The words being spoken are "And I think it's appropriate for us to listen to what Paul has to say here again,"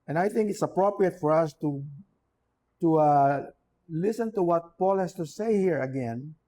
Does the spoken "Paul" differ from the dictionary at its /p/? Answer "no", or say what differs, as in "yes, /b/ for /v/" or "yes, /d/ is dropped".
no